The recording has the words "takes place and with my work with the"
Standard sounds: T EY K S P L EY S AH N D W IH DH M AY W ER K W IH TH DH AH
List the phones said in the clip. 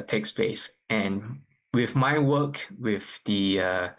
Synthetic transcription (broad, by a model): T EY K S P EY S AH N W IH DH M AY W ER K W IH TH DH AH